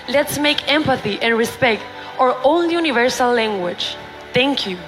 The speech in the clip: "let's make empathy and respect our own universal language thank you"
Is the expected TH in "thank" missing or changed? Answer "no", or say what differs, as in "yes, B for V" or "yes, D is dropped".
yes, T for TH